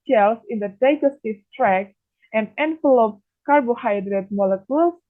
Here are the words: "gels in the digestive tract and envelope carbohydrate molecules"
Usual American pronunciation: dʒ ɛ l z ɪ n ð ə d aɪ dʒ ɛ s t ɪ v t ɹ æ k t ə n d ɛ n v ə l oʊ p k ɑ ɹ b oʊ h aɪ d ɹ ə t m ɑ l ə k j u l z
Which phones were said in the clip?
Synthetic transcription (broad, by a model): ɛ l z ɪ n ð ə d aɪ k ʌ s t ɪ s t ɹ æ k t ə n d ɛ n f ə l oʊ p k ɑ ɹ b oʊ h aɪ d ɹ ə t m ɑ l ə k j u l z